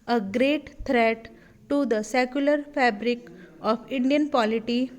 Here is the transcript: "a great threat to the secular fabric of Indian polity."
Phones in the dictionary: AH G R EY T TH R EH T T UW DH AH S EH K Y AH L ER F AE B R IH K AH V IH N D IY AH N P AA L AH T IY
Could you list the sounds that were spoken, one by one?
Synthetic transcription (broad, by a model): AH G R EY T T R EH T T UW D AH S EH K Y AH L ER F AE B R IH K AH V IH N D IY AH N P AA L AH T IY